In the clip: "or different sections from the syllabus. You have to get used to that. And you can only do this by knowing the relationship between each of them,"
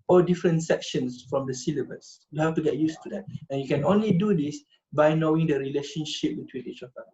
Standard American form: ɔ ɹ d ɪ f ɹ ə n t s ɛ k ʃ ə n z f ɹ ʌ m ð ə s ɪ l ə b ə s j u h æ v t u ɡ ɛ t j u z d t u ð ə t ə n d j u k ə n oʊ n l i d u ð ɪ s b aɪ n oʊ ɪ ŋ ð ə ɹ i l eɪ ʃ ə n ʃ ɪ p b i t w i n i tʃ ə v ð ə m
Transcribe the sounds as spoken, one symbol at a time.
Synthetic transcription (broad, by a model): ɔ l d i f ɹ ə n t s ɛ k ʃ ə n s f ɹ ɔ m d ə s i l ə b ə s j u h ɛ f t u ɡ ɛ t j u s t u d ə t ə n j u k ə n oʊ n l i d u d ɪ s b aɪ n oʊ ɪ ŋ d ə ɹ i l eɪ ʃ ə n ʃ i p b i t w i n i tʃ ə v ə